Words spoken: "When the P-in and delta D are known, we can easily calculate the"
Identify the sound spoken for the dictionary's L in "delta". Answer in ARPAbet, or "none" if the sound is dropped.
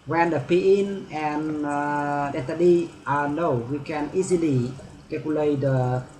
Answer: none